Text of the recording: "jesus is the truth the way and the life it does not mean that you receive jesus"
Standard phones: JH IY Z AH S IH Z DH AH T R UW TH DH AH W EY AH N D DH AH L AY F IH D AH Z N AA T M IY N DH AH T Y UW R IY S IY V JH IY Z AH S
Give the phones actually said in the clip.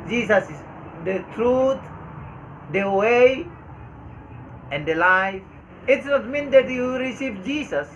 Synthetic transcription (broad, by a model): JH IY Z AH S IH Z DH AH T R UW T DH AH W EY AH N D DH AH L AY F IH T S N AA T M IY N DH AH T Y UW R IY S IY V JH IY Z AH S